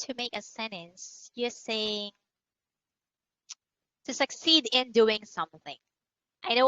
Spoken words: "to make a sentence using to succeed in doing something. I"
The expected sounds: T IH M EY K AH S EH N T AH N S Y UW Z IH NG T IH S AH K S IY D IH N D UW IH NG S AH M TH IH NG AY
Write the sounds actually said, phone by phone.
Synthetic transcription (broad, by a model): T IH M EY K AH S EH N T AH N S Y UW S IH NG T IH S AH K S IY D IH N D UW IH NG S AH M TH IH NG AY